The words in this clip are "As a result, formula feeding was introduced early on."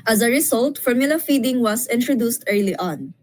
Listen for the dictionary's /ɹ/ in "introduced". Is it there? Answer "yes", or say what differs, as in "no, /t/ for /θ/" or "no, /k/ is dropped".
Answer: yes